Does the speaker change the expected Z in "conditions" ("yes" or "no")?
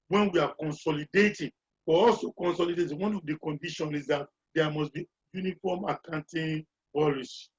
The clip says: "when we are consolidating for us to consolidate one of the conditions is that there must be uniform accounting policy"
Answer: yes